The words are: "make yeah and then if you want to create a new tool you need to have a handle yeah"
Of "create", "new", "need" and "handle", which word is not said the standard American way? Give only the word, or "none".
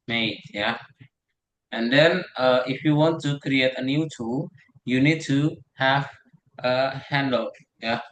none